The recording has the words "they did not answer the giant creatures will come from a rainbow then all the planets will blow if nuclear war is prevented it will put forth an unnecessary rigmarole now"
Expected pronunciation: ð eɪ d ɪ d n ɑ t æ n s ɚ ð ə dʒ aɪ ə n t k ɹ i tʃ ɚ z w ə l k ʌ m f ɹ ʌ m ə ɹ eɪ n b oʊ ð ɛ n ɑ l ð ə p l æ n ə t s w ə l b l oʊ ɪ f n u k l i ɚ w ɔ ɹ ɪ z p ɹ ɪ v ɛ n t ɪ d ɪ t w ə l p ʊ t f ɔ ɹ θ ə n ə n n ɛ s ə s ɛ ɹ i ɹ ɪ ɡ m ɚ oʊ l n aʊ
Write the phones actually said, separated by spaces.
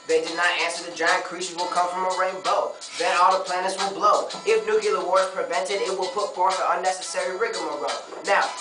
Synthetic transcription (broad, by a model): ð eɪ d ɪ d n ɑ t æ n s ɚ ð ə dʒ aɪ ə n k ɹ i ʃ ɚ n w ə l k ʌ m f ɹ ʌ m ə ɹ eɪ n b oʊ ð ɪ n ɑ l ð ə p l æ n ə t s w ə l b l oʊ ɪ f n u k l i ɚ w ɔ ɹ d p ɹ ɪ v ɛ n t ɪ d ɪ t w ə l p ʊ t f ɔ ɹ θ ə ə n n ɛ s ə s ɛ ɹ i ɹ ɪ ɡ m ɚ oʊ n aʊ